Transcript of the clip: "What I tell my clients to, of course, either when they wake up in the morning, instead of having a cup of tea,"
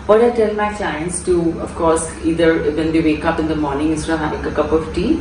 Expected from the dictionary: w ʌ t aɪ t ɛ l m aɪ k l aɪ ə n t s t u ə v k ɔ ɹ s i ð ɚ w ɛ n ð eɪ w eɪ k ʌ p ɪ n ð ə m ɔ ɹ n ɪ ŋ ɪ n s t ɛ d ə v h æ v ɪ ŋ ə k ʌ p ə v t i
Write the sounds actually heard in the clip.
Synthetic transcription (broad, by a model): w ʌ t aɪ t ɛ l m aɪ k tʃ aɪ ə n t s t u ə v k ɔ ɹ s i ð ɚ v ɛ n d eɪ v eɪ k ʌ p ɪ n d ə m ɔ ɹ n ɪ ŋ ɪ s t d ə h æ ɪ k ə k ʌ p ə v t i